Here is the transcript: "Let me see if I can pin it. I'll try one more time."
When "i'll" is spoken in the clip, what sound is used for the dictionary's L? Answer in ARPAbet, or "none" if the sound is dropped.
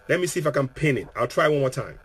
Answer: L